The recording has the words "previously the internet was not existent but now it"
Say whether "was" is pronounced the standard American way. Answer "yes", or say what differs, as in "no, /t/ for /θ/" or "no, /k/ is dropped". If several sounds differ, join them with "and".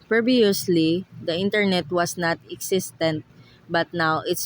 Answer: no, /s/ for /z/